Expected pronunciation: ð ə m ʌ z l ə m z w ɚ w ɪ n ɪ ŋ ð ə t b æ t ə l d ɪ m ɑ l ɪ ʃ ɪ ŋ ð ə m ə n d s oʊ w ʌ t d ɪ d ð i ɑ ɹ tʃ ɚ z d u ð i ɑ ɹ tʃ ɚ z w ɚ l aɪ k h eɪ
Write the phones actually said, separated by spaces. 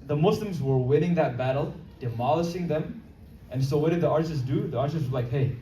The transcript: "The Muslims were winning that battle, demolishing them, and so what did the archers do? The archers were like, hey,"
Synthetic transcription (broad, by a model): ð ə m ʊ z l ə m z w ɚ w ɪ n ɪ ŋ ð ə t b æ t l d ɪ m ɑ l ɪ ʃ ɪ ŋ ð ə m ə n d s oʊ w ʌ t d ɪ d ð i ɑ ɹ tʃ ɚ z d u ð i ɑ ɹ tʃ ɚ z w ɚ l aɪ k h eɪ